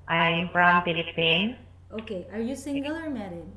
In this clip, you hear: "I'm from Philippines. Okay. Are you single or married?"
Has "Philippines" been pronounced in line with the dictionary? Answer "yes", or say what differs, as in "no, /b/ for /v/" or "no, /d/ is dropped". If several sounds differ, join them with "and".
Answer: no, /z/ is dropped